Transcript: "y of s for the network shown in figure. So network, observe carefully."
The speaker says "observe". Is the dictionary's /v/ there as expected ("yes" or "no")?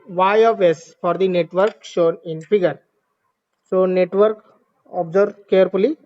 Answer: no